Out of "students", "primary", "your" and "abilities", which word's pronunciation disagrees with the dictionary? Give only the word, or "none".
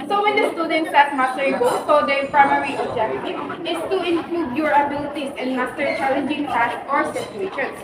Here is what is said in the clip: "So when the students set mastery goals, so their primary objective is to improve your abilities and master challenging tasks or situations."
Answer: abilities